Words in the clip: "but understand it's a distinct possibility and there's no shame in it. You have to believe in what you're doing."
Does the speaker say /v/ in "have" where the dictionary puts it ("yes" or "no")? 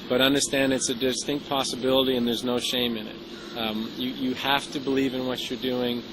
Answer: no